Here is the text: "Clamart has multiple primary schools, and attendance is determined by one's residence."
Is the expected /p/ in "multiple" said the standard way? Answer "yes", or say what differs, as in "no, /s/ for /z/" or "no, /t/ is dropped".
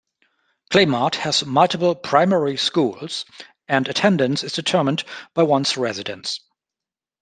no, /b/ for /p/